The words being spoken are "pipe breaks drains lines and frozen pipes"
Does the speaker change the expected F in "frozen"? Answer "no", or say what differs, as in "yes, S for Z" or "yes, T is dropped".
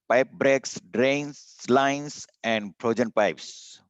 yes, P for F